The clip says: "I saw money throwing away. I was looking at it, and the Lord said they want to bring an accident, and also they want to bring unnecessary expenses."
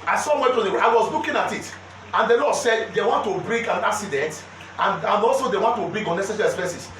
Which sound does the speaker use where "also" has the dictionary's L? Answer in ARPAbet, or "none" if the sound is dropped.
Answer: L